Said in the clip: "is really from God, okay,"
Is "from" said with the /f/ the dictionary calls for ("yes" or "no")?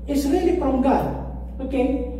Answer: no